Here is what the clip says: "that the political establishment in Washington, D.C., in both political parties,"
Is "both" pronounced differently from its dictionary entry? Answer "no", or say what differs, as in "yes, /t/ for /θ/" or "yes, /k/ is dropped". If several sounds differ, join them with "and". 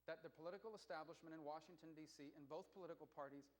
no